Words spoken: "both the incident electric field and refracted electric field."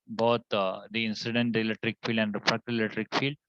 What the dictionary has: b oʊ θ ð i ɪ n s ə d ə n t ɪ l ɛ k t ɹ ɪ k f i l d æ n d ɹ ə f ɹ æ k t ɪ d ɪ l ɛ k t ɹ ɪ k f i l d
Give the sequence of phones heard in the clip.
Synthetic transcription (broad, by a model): b oʊ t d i ɪ n s ə d ə n t ɪ l ɛ k t ɹ ɪ k f i l d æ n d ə p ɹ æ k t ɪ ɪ l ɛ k t ɹ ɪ k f i l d